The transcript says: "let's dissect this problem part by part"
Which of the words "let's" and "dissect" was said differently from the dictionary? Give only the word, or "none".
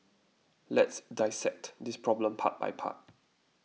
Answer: none